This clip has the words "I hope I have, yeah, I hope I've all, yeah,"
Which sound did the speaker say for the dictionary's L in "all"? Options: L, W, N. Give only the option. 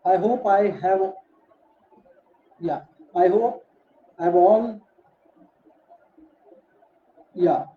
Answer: N